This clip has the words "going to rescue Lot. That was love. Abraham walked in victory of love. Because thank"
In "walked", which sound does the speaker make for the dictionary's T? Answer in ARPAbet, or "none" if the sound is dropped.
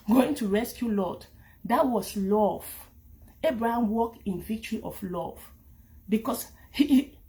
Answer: T